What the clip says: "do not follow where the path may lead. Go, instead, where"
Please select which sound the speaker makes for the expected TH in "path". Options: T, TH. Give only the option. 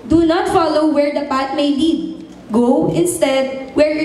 T